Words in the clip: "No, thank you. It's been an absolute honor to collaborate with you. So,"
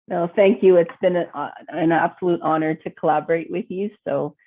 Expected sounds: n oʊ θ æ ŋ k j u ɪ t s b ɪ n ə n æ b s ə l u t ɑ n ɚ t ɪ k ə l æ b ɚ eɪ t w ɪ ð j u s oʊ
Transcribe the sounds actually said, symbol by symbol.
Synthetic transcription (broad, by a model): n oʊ θ æ ŋ k j u ɪ t s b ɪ n ə n æ b s ə l u t ɑ n ɚ t ɪ k ə l æ b ɚ eɪ t w ɪ ð j u s oʊ